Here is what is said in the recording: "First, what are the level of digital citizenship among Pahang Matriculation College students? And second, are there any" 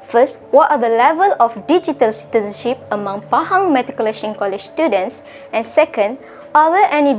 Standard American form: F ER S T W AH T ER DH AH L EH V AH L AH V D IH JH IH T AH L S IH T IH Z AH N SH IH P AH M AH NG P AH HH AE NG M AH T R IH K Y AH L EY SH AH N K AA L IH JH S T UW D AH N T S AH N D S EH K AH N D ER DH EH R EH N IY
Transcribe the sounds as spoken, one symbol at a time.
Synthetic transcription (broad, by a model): F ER S T W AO T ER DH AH L EH V AH L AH F D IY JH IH T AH L S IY T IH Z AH N SH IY P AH M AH NG P AH HH AE NG M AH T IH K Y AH L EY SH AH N K AA L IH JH S T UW D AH N T S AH N S EH K AH N D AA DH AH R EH N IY